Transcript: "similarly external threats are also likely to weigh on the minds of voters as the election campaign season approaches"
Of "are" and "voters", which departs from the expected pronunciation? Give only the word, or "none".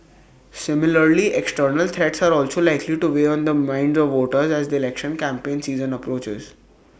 none